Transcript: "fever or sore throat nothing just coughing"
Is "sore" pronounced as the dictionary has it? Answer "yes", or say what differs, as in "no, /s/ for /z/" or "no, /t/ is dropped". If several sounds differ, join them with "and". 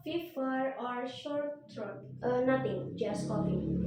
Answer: no, /ʃ/ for /s/